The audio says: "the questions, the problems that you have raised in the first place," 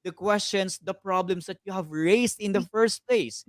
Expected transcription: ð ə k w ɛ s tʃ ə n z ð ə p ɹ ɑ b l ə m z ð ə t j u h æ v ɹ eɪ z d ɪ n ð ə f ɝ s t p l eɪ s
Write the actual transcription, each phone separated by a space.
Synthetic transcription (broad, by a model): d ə k w ɛ s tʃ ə n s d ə p ɹ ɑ b l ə m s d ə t j u h æ v ɹ eɪ s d ɪ n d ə f ɝ s t p l eɪ s